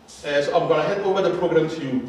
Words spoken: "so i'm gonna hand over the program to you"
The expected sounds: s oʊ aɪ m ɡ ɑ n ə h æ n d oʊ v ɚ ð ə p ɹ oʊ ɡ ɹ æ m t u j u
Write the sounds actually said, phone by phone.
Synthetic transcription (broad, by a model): s oʊ aɪ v ɡ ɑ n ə h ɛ d oʊ v ɚ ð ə p ɹ oʊ ɡ ɹ æ m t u j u